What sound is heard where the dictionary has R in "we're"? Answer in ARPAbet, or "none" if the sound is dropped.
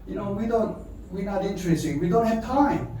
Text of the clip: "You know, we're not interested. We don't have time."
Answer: W